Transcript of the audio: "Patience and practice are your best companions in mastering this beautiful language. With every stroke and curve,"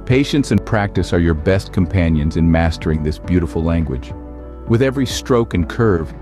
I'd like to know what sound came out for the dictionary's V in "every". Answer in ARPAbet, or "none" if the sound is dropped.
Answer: V